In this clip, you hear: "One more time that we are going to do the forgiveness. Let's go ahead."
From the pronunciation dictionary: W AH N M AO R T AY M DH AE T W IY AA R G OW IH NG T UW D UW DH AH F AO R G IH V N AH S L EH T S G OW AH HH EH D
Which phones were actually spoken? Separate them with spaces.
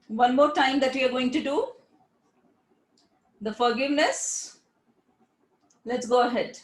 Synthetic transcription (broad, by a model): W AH N M AO R T AY M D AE T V IY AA R G OW IH NG T UW D UW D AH F AO R G IH V N AH S L EH T S G OW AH HH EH D